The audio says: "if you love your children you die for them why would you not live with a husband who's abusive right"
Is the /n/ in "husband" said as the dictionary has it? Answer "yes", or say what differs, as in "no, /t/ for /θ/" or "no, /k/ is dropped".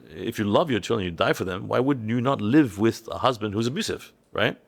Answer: yes